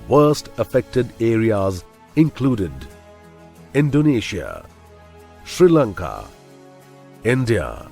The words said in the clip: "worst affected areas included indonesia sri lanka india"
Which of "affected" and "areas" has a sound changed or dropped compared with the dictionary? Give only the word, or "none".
none